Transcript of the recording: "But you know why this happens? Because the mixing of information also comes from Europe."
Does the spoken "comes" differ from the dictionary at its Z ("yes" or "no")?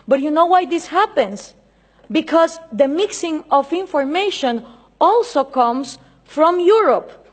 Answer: yes